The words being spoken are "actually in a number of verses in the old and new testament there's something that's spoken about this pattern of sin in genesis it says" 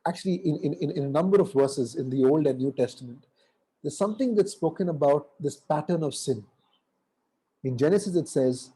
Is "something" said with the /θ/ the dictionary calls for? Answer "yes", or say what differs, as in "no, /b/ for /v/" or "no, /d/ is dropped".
no, /t/ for /θ/